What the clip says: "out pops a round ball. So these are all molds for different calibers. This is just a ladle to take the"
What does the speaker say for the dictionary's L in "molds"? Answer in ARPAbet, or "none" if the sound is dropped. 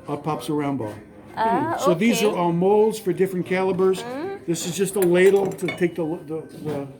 L